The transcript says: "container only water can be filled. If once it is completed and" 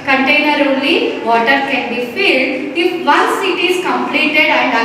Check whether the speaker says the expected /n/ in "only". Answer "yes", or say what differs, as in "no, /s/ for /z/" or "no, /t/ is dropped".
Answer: no, /n/ is dropped